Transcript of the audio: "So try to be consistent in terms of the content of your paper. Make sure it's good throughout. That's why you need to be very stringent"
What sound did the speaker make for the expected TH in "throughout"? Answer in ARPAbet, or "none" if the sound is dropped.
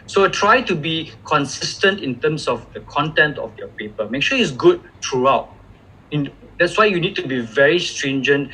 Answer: T